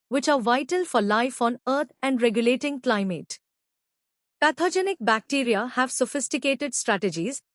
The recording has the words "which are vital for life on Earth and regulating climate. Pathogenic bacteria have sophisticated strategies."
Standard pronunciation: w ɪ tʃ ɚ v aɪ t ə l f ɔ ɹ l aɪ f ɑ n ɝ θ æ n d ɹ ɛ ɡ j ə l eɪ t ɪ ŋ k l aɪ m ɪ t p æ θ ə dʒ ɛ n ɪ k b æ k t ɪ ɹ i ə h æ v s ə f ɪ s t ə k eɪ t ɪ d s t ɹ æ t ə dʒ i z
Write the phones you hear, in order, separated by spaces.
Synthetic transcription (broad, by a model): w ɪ tʃ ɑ v aɪ t ə l f ɔ ɹ l aɪ f ɑ n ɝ t æ n d ɹ ɛ ɡ j ə l eɪ t ɪ ŋ k l aɪ m ɪ t p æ t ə dʒ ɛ n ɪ k b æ k t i ɹ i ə h æ v s ə f ɪ s t ə k eɪ t ɪ d s t ɹ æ t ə dʒ i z